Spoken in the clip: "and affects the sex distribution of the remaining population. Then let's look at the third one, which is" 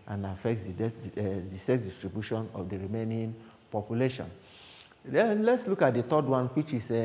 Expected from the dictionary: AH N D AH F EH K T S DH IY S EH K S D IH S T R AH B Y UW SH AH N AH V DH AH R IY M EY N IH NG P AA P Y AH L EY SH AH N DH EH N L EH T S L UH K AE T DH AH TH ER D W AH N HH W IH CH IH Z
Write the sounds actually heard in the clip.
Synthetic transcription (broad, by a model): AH N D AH F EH K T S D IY S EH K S D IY S T R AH B Y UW SH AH N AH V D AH R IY M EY N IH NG P AA P Y AH L EY SH AH N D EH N L EH T S L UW K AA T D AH T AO D W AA N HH W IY CH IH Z